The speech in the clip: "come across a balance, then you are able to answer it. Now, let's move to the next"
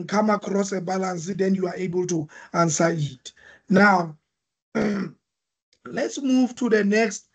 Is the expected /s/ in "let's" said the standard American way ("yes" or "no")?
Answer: yes